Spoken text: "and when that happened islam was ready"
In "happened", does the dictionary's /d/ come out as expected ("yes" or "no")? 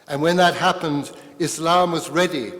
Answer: yes